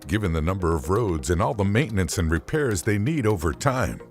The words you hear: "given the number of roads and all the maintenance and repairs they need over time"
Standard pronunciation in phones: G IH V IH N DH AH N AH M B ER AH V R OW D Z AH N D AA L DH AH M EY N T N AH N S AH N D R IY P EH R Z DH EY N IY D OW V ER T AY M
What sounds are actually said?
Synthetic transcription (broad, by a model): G IH V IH N DH AH N AH M B ER AH V R OW D Z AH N AA L DH AH M EY N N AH N S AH N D R IY P EH R Z DH EY N IY D OW V ER T AY M